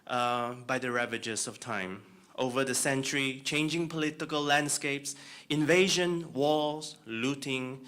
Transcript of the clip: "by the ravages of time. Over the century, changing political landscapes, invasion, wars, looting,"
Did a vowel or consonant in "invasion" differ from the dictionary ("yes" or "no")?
no